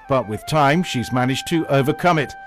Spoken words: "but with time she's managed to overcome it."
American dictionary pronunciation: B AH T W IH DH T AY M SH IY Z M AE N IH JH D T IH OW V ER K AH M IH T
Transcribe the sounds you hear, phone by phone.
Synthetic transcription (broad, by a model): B AH T W IH DH T AY M SH IY Z M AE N IH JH T IH OW V ER K AH M IH T